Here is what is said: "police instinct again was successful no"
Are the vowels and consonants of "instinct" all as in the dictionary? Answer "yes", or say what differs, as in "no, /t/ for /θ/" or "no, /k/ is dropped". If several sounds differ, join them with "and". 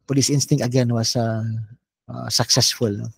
no, /k/ is dropped